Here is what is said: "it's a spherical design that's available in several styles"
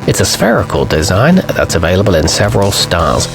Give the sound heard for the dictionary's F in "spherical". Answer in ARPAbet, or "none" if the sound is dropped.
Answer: F